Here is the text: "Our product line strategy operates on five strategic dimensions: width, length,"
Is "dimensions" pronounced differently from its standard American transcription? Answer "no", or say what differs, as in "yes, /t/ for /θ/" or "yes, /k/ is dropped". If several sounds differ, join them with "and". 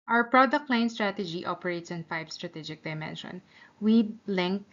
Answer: yes, /z/ is dropped